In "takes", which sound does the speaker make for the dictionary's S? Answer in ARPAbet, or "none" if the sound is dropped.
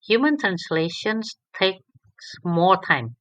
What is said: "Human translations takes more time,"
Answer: S